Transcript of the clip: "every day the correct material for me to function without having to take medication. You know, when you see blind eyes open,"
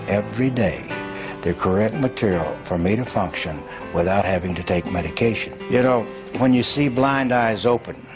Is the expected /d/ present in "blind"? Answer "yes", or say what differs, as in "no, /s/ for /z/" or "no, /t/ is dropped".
yes